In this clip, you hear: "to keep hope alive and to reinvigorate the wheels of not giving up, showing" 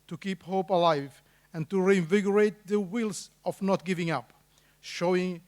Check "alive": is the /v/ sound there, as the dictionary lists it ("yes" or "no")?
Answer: yes